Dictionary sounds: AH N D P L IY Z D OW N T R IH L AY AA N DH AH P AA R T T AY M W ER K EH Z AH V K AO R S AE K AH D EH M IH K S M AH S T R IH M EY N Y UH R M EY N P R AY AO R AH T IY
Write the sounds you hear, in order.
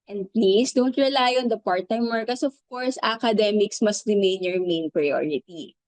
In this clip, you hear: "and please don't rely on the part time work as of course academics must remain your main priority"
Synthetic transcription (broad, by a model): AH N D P L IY S D OW N T R IH L AY AA N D AH P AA R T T AY M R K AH S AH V K AO R S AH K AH D EH M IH K S M AH S T R IH M EY N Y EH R M EY N P R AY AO R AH T IY